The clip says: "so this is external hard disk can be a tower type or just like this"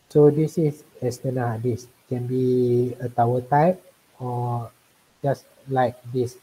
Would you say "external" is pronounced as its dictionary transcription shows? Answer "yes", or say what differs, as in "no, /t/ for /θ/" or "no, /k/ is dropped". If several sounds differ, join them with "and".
no, /k/ is dropped